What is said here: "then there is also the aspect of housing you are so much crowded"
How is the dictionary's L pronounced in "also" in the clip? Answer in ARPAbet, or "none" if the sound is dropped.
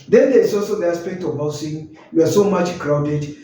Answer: L